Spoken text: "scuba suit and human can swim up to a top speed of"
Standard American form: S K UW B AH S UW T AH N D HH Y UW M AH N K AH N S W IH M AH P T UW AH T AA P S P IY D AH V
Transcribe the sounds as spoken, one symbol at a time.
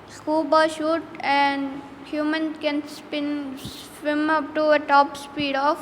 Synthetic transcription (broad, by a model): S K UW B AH SH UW T AH N D HH Y UW M AH N K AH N S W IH M AH P T UW AH T AA P S P IY D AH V